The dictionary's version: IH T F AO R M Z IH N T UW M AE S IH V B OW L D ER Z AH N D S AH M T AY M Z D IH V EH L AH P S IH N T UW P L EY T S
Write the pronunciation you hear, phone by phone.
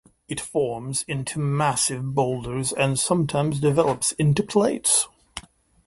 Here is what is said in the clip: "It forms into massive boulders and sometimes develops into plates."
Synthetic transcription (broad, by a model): IH T F AO R M Z IH N T UW M AE S IH V B OW L D ER Z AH N S AH M T AY M Z D IH V EH L AH P S IH N T UW P L EY T S